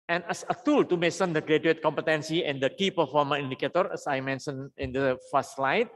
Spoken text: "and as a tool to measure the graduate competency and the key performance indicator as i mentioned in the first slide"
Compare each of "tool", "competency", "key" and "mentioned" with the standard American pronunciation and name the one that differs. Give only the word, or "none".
mentioned